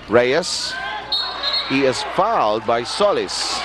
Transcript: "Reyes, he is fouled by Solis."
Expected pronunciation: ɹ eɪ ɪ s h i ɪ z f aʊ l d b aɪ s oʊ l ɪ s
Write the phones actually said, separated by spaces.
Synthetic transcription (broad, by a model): ɹ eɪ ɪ s h i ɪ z f aʊ l d b aɪ s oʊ l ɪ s